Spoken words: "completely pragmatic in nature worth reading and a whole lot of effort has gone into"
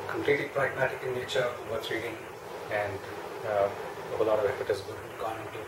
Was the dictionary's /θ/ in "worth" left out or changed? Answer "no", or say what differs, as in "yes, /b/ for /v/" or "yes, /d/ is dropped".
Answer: yes, /s/ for /θ/